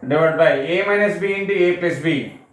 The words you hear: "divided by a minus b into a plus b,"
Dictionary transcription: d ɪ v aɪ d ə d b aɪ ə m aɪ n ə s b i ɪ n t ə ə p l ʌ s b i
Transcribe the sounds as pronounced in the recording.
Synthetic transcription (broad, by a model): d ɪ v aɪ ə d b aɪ ə m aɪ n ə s b i ɪ n t ə ə p ɛ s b i